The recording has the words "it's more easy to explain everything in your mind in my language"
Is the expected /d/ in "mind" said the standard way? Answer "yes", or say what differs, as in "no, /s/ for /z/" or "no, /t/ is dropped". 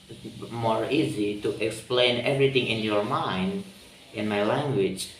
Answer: yes